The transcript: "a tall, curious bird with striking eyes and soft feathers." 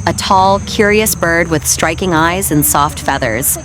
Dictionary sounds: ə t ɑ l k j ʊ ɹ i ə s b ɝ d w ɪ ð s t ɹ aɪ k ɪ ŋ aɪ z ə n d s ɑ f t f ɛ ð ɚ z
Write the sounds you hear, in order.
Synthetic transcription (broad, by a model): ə t ɑ l k j ʊ ɹ i ə s b ɝ d w ɪ ð s t ɹ aɪ k ɪ ŋ aɪ z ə n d s ɑ f t f ɛ ð ɚ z